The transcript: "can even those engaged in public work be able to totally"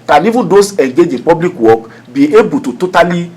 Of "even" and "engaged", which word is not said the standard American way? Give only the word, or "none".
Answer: engaged